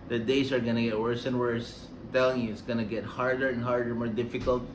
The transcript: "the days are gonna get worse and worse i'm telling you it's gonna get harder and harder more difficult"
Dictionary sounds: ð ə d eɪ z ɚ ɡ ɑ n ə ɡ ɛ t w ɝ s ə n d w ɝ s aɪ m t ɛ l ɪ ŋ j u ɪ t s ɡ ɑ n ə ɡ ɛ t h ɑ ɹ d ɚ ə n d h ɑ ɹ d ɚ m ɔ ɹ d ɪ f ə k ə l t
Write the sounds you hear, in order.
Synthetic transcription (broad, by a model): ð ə d eɪ s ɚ ɡ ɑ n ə ɡ ɛ t w ɝ s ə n w ɝ s t ɛ l ɪ ŋ j u ɪ t s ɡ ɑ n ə ɡ ɛ t h ɑ ɹ d ɚ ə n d h ɑ ɹ d ɚ m ɔ ɹ d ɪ f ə k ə l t